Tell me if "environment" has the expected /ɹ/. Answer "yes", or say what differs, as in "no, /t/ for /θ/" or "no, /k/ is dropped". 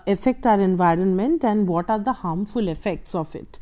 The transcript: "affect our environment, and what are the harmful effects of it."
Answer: yes